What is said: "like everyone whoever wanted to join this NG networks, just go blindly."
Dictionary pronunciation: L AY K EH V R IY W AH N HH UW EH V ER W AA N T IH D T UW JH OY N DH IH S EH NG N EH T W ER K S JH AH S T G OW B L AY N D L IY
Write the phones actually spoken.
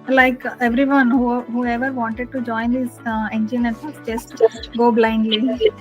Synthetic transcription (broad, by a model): L AY K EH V R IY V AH N HH UW EH V ER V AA N T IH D T UW JH OY N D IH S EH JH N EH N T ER S JH AH S T G OW B L AY N D L IY